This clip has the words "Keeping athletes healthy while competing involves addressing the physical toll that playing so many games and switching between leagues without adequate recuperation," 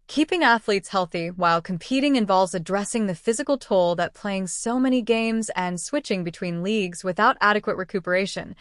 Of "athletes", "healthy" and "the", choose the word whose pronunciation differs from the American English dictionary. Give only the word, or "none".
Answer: none